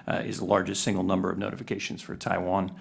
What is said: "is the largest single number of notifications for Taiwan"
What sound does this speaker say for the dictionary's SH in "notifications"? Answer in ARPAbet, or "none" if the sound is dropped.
SH